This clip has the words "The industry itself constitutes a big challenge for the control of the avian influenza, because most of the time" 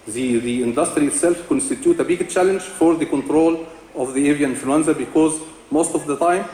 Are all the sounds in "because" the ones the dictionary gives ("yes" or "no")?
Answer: yes